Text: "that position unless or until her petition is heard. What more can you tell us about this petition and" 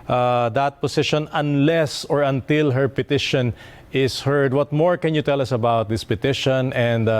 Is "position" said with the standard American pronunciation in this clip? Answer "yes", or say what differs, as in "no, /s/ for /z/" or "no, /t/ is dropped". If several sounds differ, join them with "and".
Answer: no, /s/ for /z/